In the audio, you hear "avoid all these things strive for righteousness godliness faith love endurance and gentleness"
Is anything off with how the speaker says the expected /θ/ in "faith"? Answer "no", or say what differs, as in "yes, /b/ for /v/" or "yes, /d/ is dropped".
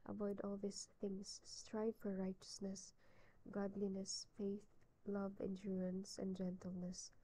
no